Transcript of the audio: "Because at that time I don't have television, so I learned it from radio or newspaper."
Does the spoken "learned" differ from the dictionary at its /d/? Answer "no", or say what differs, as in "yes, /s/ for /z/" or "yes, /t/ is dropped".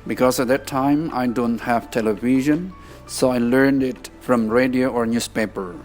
no